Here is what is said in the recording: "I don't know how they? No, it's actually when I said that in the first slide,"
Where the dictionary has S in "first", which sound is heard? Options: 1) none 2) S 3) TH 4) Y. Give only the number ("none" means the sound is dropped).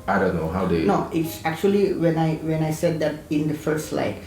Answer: 1